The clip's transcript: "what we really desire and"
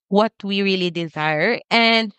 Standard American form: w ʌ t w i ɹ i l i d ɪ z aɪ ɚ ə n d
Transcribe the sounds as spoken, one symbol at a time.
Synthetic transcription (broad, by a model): w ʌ t w i ɹ i l i d ɪ z aɪ ɚ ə n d